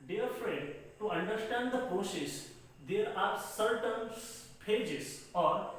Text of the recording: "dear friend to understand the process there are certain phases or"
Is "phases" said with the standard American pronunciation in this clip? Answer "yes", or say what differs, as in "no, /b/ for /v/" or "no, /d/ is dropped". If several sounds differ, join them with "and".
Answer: no, /p/ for /f/